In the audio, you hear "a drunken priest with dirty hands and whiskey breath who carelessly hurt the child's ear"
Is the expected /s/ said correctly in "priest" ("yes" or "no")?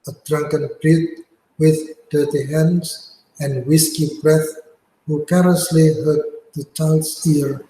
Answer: no